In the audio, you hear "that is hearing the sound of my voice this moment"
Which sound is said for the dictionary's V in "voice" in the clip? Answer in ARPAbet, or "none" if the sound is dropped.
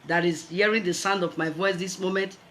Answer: V